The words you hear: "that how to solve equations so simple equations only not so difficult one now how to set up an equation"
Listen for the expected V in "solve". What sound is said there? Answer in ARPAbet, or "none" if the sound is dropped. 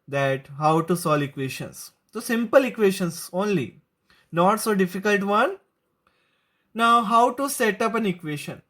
none